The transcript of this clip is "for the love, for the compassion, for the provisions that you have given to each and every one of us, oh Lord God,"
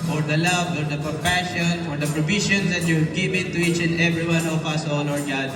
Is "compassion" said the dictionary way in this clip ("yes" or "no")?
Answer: no